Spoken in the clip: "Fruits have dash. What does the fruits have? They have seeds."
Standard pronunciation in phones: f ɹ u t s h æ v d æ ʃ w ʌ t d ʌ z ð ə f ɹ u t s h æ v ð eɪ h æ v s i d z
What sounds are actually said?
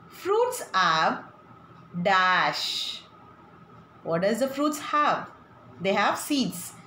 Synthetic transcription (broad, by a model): f ɹ u t s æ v d æ ʃ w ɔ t d ʌ z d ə f ɹ u t s h æ v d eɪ h æ v s i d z